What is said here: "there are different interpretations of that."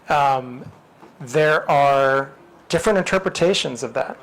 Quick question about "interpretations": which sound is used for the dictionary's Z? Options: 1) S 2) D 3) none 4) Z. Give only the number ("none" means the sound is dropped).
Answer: 4